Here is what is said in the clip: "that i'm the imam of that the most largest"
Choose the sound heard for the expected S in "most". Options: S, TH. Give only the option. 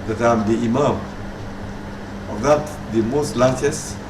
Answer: S